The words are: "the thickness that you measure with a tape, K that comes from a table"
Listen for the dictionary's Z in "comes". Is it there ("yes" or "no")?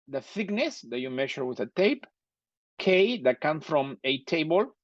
no